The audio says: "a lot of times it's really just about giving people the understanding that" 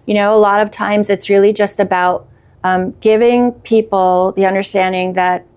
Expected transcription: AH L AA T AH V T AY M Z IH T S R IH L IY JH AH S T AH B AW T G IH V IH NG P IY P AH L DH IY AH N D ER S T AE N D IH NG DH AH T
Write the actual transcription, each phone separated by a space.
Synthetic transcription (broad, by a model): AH L AA T AH V T AY M Z IH T S R IH L IY JH AH S T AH B AW T G IH V IH NG P IY P L DH IY AH N D ER S T AE N D IH NG DH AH T